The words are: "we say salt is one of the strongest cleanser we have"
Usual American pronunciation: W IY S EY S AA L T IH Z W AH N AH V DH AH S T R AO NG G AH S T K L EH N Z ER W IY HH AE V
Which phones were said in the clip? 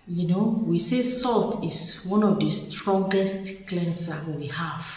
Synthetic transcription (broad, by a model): W IY S EY S AA L T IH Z W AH N AH V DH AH S T R AO NG G AH S T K L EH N S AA W IY HH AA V